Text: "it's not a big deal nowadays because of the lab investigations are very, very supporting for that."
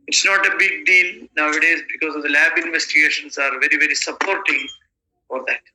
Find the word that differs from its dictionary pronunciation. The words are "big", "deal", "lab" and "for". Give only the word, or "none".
deal